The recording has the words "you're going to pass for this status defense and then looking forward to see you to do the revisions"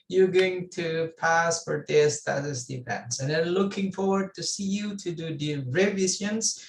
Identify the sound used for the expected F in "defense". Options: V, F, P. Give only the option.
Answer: P